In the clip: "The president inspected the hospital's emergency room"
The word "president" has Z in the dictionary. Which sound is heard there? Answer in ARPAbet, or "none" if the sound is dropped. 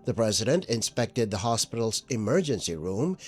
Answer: Z